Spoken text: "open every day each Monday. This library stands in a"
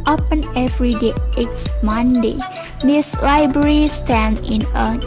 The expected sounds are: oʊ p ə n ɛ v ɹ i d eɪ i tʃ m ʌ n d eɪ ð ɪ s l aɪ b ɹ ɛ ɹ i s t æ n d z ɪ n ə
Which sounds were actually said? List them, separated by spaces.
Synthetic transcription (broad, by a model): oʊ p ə n ɛ v ɹ i d eɪ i s m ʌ n d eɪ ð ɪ s l aɪ b ɹ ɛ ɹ i s t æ n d ɪ n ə